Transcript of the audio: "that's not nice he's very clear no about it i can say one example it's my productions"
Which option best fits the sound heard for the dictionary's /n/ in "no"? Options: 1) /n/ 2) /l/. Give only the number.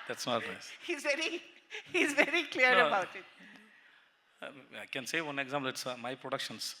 2